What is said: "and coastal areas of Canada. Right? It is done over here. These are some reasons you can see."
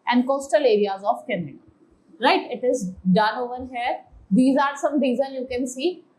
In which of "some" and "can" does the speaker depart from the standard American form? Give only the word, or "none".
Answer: none